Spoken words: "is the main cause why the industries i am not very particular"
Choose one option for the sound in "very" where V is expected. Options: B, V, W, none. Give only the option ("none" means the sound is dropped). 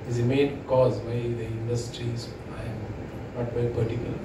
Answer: B